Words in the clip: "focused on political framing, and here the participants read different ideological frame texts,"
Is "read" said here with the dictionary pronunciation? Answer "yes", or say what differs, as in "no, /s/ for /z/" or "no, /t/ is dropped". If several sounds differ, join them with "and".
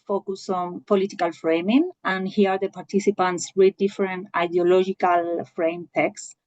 no, /w/ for /ɹ/